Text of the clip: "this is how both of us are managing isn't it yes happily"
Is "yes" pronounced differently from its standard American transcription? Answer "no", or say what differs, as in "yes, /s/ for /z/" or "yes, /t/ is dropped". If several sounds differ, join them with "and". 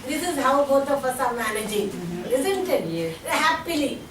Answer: yes, /s/ is dropped